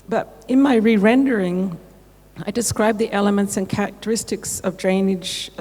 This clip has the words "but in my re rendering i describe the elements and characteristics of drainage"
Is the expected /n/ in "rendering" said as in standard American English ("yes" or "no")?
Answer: yes